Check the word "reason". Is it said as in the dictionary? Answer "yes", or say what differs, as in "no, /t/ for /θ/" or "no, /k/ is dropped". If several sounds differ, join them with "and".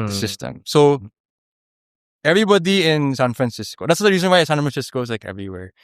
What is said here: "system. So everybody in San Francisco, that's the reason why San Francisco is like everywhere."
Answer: yes